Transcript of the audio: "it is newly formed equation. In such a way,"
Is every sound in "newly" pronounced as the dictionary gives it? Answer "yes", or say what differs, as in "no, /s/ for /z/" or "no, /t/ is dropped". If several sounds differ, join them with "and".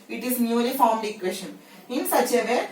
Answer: no, /n/ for /l/